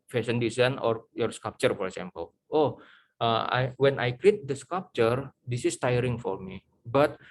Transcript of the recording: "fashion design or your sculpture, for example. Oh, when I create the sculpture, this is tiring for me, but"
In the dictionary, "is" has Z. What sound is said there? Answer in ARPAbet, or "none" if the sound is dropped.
S